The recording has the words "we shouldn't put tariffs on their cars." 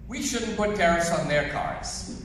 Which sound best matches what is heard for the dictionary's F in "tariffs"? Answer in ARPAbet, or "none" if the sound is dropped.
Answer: none